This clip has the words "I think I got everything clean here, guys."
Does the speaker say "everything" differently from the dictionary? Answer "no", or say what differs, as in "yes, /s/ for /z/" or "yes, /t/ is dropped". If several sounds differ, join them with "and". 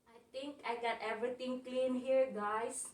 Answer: yes, /t/ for /θ/